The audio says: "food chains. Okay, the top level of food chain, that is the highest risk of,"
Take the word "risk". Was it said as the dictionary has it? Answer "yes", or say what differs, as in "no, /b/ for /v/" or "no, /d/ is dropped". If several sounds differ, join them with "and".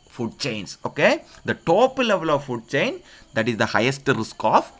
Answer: yes